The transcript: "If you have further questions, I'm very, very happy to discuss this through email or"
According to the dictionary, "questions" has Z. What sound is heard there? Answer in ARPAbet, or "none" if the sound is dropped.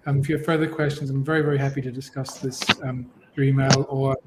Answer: Z